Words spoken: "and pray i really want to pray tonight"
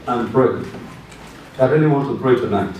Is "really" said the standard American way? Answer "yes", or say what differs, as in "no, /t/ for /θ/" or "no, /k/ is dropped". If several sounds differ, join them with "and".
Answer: no, /n/ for /l/